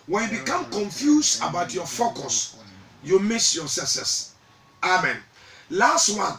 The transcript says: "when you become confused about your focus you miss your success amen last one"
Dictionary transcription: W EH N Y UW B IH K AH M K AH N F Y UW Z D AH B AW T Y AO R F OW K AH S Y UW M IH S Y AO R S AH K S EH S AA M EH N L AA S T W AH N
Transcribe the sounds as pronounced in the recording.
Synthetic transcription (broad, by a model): W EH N Y UW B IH K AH M K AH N F Y UW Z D AH B AW T Y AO F OW K AH S Y UW M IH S Y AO S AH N S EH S AA M EH N L AA S T W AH N